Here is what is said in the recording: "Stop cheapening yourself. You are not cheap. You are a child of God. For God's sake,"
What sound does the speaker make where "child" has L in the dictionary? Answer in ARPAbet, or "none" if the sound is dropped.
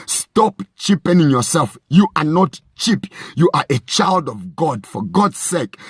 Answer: L